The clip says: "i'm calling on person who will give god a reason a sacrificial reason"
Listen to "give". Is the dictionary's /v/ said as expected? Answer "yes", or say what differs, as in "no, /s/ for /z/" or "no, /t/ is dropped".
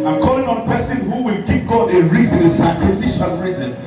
no, /p/ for /v/